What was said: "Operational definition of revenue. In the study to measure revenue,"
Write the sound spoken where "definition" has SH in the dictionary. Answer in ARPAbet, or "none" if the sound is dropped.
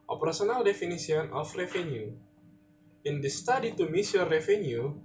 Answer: S